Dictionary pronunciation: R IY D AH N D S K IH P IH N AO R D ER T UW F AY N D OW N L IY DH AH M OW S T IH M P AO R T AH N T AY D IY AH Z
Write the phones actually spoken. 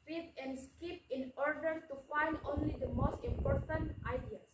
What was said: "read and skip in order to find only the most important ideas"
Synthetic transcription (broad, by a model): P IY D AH N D S K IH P IH N AO R D ER T UW F AY N D OW N L IY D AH M OW S T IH M P AO R T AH N T AY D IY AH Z